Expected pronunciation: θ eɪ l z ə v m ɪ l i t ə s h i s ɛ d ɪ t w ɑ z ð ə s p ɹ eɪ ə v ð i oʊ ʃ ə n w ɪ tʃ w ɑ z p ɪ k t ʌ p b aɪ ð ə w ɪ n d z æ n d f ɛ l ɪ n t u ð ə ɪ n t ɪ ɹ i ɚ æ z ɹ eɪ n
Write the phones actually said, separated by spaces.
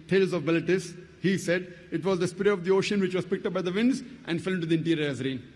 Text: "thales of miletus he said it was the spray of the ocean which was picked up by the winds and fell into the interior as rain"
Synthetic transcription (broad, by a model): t eɪ l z ə v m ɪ l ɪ t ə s h i s ɛ d ɪ t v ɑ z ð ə s p ɹ eɪ ə v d i oʊ ʃ ə n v ɪ tʃ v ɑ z p ɪ k t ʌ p b aɪ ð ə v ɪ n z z æ n d f ɛ l ɪ n t u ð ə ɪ n t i ɹ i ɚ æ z ɹ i n